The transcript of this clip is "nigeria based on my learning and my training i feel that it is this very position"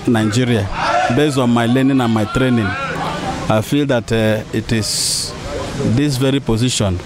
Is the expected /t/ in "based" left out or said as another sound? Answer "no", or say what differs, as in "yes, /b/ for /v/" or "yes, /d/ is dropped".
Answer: yes, /t/ is dropped